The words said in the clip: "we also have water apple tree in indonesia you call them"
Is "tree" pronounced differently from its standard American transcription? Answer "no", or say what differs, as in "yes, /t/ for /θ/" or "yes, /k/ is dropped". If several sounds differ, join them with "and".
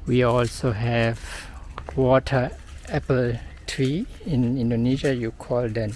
no